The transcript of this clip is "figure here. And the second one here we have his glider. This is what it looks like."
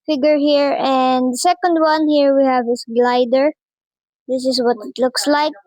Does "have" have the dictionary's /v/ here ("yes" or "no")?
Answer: yes